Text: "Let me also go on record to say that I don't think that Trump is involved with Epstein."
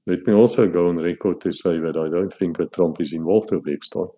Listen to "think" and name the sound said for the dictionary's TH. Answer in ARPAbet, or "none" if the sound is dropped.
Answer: F